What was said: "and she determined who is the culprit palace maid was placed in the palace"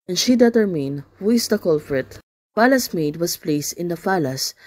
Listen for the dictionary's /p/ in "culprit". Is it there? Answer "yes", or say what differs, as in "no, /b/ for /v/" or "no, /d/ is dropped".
no, /f/ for /p/